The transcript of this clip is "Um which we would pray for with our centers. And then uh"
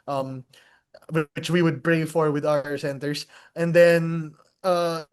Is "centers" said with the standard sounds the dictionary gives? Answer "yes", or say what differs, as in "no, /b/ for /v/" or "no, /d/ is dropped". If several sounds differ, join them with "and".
no, /s/ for /z/